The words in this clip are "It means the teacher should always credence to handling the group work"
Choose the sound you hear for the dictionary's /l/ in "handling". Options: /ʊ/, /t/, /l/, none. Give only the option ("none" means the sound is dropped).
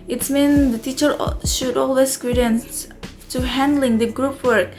/l/